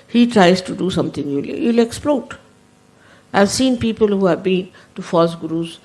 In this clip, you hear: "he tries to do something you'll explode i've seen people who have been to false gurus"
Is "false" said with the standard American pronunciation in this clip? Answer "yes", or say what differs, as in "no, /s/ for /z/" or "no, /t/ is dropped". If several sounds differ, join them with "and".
no, /l/ is dropped